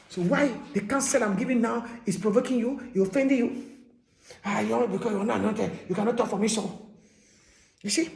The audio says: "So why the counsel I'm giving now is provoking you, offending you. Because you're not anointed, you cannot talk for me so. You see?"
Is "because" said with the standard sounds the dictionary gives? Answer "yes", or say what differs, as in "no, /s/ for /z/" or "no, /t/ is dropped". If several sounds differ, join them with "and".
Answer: no, /z/ is dropped